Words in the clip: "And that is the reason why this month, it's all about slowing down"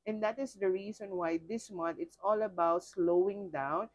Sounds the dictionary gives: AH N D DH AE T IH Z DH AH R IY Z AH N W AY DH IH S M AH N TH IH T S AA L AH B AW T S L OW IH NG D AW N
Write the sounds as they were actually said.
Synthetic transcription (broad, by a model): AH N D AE T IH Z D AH R IY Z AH N W AY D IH S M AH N T IH T S AA L AH B AW T S L OW IH NG D AW N